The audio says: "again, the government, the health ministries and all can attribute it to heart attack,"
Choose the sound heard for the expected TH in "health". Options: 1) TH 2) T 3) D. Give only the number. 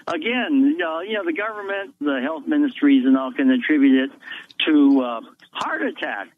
1